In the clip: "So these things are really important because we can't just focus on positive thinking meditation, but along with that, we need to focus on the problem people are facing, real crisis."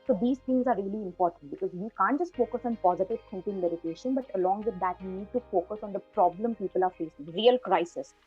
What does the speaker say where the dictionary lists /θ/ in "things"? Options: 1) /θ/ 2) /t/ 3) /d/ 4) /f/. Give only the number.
2